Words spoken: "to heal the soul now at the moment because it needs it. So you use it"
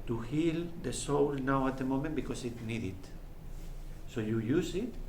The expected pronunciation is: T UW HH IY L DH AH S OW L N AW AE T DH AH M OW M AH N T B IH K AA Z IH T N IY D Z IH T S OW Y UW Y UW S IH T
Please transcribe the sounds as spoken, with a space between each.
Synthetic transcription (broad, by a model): T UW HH IY L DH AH S OW L N AW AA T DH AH M OW M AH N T B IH K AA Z IH T N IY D IH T S OW Y UW Y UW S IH T